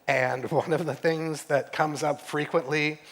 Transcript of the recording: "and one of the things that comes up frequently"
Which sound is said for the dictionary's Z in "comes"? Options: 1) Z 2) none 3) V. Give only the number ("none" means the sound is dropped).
1